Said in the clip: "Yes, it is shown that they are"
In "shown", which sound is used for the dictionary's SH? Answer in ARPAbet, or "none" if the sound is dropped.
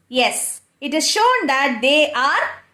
SH